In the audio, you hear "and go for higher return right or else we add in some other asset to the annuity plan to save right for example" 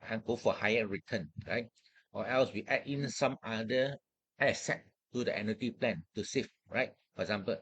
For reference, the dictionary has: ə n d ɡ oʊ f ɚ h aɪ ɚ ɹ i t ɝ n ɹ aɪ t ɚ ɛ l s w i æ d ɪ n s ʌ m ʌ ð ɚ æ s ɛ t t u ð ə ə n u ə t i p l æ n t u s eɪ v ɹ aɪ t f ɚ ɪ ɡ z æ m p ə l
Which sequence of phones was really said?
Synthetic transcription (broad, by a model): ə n ɡ oʊ f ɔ h aɪ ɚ ɹ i t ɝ n ɹ aɪ t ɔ ɛ l s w i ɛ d ɪ n s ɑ m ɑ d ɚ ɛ s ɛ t t u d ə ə n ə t i p l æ n t u s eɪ f ɹ aɪ t f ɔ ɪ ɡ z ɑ m p ə l